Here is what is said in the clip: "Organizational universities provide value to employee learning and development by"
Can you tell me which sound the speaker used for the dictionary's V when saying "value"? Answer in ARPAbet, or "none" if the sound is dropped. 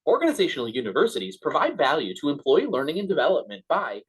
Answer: V